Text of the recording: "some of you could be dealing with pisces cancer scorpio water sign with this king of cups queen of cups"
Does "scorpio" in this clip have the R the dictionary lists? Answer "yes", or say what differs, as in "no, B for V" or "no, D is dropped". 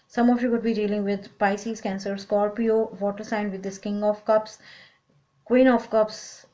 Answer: no, L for R